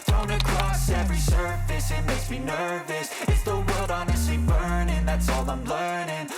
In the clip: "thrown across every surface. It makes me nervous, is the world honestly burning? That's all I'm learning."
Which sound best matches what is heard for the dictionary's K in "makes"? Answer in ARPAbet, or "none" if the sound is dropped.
none